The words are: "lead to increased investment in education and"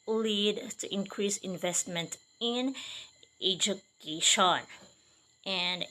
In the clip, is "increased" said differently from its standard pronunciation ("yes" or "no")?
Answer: yes